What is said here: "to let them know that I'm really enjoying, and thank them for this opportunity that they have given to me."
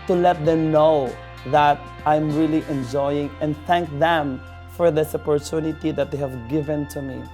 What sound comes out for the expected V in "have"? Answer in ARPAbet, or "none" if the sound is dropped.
V